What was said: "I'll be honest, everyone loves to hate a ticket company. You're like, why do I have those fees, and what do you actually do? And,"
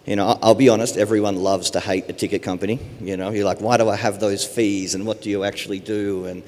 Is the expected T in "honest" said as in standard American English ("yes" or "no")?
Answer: yes